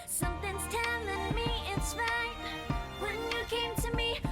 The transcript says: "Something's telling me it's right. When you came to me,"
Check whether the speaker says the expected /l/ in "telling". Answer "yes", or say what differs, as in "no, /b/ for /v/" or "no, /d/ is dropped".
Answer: no, /n/ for /l/